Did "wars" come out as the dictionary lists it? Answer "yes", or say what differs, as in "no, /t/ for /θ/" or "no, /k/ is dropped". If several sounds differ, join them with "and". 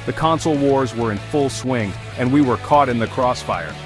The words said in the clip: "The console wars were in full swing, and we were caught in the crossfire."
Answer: yes